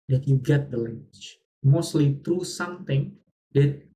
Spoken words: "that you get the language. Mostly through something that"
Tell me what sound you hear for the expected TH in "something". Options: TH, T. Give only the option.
T